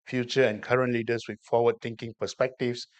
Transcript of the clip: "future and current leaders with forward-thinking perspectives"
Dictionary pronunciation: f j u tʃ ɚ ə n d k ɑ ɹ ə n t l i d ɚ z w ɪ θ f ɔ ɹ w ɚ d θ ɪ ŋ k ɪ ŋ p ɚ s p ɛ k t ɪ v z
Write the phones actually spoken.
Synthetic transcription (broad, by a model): f j u tʃ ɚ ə n k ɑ ɹ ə n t l i d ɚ s w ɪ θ f ɔ w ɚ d t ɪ ŋ k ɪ ŋ p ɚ s p ɛ k t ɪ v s